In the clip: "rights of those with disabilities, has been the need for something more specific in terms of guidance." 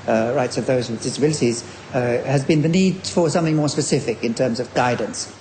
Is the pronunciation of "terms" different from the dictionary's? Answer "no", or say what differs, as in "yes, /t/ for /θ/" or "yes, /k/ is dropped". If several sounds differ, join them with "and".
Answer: no